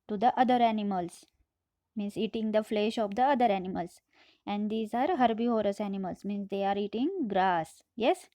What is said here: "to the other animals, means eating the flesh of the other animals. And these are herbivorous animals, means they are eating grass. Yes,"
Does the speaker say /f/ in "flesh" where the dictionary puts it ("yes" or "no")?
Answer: yes